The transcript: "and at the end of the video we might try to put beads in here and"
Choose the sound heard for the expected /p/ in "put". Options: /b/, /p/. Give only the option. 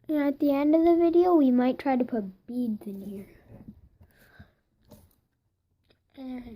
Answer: /p/